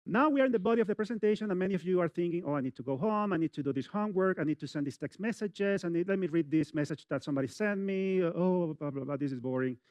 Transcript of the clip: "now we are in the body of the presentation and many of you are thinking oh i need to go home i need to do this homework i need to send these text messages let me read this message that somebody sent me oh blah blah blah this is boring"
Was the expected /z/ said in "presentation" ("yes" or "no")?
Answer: no